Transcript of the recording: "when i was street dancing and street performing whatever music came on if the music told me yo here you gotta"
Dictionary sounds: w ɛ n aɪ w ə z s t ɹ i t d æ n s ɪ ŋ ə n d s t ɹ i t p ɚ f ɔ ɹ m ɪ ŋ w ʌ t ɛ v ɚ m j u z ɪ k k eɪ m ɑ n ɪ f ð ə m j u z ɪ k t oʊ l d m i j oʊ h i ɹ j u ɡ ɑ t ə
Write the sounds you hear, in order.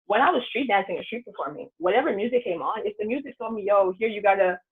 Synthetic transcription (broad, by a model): w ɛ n aɪ w ə z s t ɹ i t d æ n s ɪ ŋ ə s t ɹ i t b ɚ f ɔ ɹ m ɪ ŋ w ʌ t ɛ v ɚ m j u z ɪ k k eɪ m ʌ n ɪ f ð ə m j u z ɪ k t oʊ l d m i oʊ h i ɹ j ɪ ɡ ɑ t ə